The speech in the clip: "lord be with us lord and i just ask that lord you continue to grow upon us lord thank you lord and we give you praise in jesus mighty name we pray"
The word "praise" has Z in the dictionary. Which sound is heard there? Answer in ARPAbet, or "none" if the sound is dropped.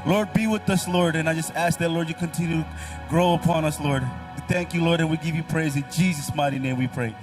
Z